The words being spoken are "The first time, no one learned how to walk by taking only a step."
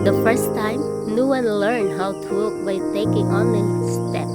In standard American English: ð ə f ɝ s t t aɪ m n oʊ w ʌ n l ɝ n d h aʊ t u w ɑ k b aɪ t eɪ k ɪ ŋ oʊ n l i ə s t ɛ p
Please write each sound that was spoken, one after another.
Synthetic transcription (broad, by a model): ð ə f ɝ s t t aɪ m n oʊ w ʌ n l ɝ n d h aʊ t u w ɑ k b aɪ t eɪ k ɪ ŋ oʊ n i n s t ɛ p